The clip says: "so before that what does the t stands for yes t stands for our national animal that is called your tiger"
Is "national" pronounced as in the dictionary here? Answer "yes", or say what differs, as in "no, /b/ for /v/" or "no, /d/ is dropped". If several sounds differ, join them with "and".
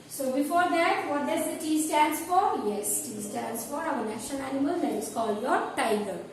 no, /n/ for /l/